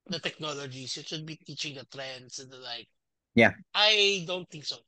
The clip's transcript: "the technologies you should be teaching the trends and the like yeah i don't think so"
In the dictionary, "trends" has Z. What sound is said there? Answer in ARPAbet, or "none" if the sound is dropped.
S